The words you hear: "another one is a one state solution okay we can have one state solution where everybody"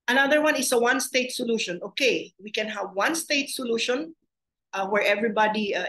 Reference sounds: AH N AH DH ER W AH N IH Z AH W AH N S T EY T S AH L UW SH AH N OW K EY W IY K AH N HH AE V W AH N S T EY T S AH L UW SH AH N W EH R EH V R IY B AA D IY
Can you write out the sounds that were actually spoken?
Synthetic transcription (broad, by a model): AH N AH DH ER W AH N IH S AH W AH N S T EY T S AH L UW SH AH N OW K EY W IY K AH N HH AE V W AH N S T EY T S AH L UW SH AH N W EH R EH V R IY B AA D IY